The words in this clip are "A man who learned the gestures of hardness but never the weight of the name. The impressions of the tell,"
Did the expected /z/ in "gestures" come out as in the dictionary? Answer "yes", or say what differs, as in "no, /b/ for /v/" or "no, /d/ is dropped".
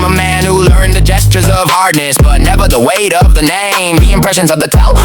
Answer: yes